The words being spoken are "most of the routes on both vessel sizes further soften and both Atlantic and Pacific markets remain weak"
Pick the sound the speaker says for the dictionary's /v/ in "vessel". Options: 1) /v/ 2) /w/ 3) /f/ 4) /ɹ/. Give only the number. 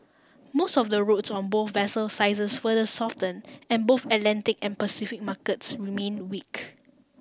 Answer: 1